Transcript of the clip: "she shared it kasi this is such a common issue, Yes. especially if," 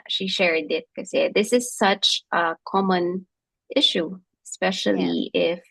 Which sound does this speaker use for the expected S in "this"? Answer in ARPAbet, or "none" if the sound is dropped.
S